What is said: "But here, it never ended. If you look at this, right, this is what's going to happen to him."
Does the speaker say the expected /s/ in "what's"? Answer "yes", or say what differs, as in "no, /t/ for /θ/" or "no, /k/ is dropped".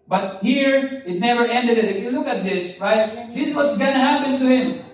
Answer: yes